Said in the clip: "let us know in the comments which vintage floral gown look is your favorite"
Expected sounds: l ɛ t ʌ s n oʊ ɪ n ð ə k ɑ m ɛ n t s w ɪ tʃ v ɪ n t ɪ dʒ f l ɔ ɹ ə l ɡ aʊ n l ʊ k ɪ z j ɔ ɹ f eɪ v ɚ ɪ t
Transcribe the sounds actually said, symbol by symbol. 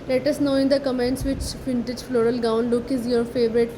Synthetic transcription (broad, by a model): l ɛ t ʌ s n oʊ ɪ n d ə k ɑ m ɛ n t s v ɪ tʃ f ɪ n t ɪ dʒ f l ɔ ɹ ə l ɡ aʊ n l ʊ k ɪ z j ɔ ɹ f eɪ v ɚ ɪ t